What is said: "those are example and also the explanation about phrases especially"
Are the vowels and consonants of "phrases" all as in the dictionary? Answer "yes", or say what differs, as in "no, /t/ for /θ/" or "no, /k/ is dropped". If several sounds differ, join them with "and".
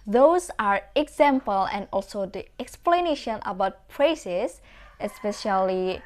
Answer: no, /p/ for /f/